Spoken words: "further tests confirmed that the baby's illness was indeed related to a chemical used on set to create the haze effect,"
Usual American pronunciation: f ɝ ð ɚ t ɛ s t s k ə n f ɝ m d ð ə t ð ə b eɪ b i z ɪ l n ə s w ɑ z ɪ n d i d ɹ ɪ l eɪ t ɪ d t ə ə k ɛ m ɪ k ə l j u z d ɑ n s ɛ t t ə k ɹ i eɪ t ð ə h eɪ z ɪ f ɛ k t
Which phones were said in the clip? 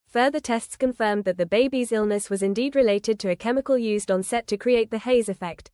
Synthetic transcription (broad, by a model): f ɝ ð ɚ t ɛ s t s k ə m f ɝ m ð ə t ð ə b eɪ b i z ɪ l n ə s w ɑ z ɪ n d i d ɹ ɪ l eɪ t ɪ d t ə ə k ɛ m ɪ k ə l j u z d n s ɛ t t ə k ɹ i eɪ t ð ə h eɪ z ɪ f ɛ k t